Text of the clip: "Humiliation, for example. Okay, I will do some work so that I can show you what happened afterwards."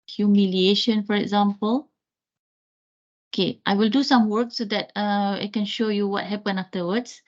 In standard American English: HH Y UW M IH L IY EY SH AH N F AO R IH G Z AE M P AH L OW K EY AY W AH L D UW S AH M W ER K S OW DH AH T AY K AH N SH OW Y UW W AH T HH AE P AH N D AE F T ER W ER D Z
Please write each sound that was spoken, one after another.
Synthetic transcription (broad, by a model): HH Y UW M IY L IY EY SH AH N F AO R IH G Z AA M P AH L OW K EY AY W AH L D UW S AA M W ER K S OW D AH T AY K AH N SH OW Y UW W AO T HH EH P AH N AA F T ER W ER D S